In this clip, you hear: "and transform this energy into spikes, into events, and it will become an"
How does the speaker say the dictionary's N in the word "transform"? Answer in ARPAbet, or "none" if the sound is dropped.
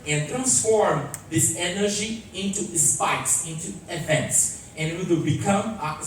N